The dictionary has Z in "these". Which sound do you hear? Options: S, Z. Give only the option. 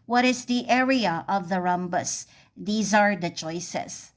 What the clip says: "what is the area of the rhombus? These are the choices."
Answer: Z